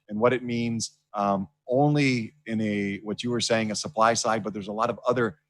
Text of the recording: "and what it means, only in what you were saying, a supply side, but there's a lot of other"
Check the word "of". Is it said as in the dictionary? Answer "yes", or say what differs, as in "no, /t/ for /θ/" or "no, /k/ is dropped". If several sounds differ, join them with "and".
yes